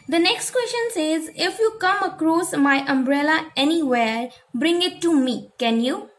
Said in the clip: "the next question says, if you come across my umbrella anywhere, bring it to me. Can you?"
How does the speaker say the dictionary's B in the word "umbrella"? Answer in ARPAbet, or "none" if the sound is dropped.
B